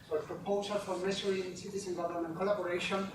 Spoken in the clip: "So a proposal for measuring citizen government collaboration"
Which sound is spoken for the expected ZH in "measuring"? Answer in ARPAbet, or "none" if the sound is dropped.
S